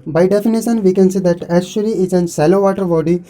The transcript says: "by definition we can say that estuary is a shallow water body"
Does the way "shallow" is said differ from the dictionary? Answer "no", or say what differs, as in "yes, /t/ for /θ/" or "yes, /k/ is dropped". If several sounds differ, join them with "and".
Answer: yes, /s/ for /ʃ/